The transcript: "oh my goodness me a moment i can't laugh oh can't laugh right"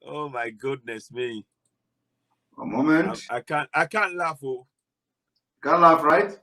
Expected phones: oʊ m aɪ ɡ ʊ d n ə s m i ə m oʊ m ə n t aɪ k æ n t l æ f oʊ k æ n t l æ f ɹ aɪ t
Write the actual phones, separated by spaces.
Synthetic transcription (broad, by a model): oʊ m aɪ ɡ ʊ d n ə s m i ə m oʊ m ə n t aɪ k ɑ n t l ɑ f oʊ k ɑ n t l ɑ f ɹ aɪ t